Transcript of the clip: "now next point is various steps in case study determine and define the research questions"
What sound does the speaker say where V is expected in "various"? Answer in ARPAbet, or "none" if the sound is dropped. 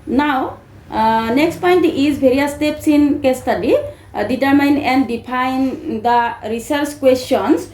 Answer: B